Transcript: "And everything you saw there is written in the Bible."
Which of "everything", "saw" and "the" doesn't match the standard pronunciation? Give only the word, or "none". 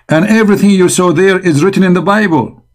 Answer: none